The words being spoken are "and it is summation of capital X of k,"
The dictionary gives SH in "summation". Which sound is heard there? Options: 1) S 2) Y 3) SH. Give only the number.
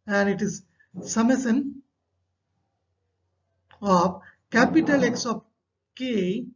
1